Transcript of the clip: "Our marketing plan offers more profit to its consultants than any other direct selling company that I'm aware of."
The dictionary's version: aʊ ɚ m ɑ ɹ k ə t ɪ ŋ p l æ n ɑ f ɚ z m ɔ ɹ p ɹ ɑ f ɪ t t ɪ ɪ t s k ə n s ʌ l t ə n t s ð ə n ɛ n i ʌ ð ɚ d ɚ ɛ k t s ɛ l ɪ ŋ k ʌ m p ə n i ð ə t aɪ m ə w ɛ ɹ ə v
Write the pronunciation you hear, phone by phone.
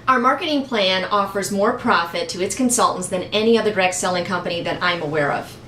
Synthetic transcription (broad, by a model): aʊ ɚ m ɑ ɹ k ə t ɪ ŋ p l æ n ɑ f ɚ z m ɔ ɹ p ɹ ɑ f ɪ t t ɪ ɪ t s k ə n s ʌ l t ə n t s ð ə n ɛ n i ʌ ð ɚ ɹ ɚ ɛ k s ɛ l ɪ ŋ k ʌ m p ə n i ð ə t aɪ m ə w ɛ ɹ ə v